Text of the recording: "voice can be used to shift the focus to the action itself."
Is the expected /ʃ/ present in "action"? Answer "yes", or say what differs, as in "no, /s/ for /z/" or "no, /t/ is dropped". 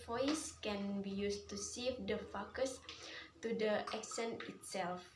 no, /s/ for /ʃ/